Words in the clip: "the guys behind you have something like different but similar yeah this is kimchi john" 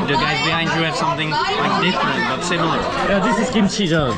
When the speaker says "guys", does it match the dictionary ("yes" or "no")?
yes